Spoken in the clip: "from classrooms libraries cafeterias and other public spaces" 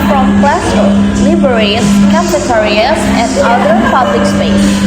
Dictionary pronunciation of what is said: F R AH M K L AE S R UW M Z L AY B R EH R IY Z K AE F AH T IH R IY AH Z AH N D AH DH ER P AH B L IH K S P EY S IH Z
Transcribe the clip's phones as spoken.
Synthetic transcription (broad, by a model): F R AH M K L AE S AH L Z L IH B EH R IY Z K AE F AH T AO R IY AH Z AH N D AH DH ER P AH B L IH K S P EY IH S